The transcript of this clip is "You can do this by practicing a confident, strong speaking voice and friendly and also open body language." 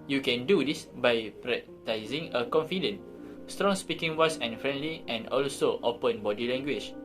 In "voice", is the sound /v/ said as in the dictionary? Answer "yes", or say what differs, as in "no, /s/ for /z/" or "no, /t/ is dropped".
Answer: no, /w/ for /v/